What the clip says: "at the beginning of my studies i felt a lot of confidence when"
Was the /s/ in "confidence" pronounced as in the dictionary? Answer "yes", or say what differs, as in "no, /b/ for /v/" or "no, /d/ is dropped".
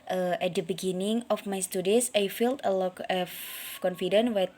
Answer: no, /s/ is dropped